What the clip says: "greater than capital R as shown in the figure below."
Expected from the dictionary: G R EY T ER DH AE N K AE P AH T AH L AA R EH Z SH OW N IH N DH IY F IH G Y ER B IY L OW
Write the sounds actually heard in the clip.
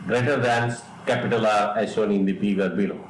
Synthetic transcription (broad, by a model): G R EY T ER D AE N K AE P AH T AH L AA R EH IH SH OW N IH N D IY P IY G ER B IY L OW